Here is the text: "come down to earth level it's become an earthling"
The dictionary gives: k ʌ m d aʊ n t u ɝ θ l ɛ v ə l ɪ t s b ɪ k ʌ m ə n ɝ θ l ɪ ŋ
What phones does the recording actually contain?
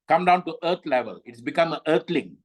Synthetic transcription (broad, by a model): k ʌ m d aʊ n t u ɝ t l ɛ v ə l ɪ t s b ɪ k ʌ m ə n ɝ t l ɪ ŋ